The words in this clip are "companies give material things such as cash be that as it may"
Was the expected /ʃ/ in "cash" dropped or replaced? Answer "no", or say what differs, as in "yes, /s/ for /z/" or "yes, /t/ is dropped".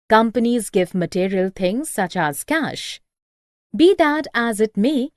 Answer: no